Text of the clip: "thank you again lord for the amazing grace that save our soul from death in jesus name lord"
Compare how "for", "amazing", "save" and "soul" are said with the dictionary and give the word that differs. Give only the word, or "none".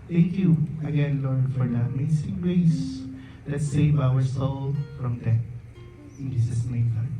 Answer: amazing